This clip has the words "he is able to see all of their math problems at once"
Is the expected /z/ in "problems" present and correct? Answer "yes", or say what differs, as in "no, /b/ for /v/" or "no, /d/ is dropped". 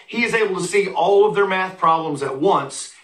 yes